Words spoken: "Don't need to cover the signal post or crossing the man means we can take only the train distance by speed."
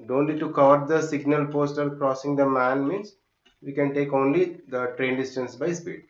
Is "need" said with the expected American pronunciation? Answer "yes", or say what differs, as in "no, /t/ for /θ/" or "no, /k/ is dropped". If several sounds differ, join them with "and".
no, /l/ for /n/